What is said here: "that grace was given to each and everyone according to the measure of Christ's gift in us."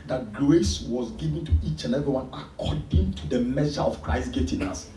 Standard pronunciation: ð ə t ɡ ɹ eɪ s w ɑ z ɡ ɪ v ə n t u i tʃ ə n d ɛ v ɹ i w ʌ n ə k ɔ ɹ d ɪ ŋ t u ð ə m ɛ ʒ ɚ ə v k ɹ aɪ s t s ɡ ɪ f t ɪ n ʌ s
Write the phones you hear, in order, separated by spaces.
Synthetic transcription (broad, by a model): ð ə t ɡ l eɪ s w ɑ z ɡ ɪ v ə n t u i tʃ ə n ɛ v i w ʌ n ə k ɔ d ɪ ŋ t u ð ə m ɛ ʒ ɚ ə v k ɹ aɪ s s ɡ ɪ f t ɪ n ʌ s